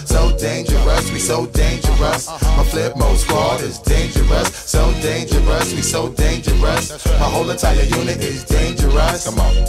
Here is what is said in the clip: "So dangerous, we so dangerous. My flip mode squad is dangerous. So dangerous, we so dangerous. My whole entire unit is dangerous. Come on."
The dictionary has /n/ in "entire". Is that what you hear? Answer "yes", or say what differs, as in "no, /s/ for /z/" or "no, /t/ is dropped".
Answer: yes